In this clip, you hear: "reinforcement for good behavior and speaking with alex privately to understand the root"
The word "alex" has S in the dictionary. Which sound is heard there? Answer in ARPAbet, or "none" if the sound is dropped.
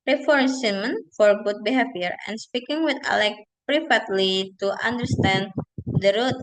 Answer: none